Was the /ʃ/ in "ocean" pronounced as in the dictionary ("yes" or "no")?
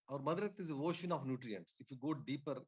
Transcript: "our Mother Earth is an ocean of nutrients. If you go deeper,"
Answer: yes